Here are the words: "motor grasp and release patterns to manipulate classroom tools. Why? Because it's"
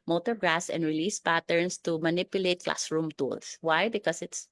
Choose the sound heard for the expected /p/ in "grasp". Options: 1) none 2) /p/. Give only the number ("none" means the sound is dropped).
1